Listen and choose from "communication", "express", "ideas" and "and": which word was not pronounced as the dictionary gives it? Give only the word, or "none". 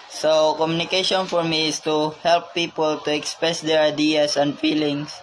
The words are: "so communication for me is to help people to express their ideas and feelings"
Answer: ideas